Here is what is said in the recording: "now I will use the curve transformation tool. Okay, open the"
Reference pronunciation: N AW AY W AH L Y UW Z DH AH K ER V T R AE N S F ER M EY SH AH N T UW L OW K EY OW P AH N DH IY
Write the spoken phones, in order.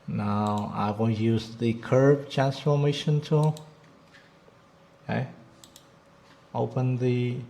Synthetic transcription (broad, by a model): N AW AY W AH N Y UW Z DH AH K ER B T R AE N S F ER M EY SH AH N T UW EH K OW P AH N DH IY